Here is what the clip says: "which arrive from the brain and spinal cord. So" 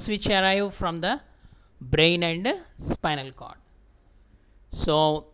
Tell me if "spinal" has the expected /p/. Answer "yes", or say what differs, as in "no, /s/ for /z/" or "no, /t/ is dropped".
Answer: yes